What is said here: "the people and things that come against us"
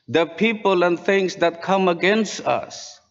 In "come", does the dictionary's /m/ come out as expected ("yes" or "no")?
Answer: yes